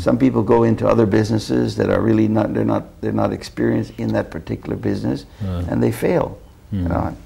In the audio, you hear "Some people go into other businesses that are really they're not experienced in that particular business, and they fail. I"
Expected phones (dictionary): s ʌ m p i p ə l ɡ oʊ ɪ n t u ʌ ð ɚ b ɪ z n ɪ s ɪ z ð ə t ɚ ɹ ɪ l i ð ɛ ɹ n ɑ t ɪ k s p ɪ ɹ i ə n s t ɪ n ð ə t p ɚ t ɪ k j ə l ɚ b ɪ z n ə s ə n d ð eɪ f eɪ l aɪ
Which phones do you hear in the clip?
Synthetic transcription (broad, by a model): s ʌ m p i p l ɡ oʊ ɪ n t u ʌ ð ɚ b ɪ z n ɪ s ɪ z ð ə t ɚ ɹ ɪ l i ð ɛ ɹ n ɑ t ɪ k s p ɪ ɹ i ə n s t ɪ n ð ə t p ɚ t ɪ k j l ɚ b ɪ z n ə s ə n ð eɪ f eɪ l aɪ